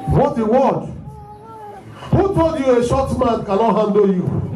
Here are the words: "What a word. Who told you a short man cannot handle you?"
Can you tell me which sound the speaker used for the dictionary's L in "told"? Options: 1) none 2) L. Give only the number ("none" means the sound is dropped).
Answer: 1